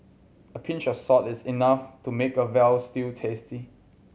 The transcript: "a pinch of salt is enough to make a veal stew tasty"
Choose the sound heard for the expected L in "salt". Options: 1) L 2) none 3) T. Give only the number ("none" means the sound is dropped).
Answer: 2